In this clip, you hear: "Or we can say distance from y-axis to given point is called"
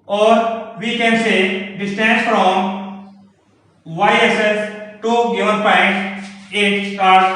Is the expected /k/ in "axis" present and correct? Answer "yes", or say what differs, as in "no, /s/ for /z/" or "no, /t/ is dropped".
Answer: no, /k/ is dropped